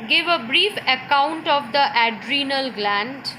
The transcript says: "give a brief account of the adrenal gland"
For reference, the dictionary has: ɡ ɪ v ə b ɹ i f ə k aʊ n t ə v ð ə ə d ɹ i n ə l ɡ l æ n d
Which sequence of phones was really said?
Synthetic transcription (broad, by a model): ɡ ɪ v ə b ɹ i f ə k aʊ n t ə v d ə ə d ɹ i n ə l ɡ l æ n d